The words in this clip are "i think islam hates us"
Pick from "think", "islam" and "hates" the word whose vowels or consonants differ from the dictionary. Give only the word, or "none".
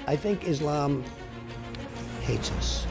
none